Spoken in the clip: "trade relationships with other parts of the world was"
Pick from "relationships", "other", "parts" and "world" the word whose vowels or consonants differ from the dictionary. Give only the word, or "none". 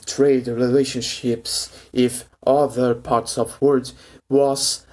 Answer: world